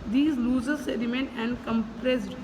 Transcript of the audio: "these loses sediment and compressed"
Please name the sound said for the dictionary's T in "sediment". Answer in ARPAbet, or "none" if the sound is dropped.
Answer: none